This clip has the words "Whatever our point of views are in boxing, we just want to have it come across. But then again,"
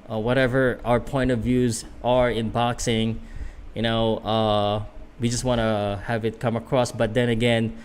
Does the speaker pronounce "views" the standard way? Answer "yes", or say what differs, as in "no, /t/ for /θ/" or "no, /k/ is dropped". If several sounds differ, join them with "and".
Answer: yes